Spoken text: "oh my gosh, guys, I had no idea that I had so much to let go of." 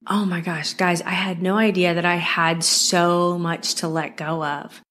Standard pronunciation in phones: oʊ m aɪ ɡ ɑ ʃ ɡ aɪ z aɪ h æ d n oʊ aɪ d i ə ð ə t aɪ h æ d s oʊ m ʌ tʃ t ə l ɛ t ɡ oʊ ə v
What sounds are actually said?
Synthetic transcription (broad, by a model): oʊ m aɪ ɡ ɑ ʃ ɡ aɪ z aɪ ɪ d n oʊ aɪ d i ə ð ə t aɪ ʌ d s oʊ m ʌ tʃ t ə l ɛ t ɡ oʊ ə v